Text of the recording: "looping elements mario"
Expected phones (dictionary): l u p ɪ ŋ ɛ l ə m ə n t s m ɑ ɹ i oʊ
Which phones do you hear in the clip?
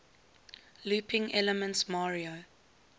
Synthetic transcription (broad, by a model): l u p ɪ ŋ ɛ l ə m ə n t s m ɑ ɹ i oʊ